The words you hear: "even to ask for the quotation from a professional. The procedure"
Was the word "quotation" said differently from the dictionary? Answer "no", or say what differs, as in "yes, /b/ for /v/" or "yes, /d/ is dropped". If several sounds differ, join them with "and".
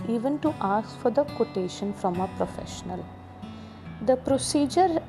no